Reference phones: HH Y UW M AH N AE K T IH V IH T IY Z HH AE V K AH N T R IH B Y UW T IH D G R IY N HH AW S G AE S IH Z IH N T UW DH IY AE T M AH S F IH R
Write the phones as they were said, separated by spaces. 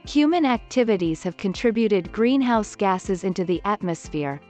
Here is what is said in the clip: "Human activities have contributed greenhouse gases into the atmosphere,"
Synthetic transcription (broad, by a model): HH Y UW M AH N AE K T IH V IH T IY Z HH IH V K AH N T R IH B Y UW T IH D G R IY N HH AW S G AE S IH Z IH N T UW DH IY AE T M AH S F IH R